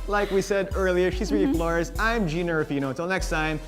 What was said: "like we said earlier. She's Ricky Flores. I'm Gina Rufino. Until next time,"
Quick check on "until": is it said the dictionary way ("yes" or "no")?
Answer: no